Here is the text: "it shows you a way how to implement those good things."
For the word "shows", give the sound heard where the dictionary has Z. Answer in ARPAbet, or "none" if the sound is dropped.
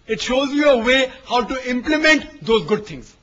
Z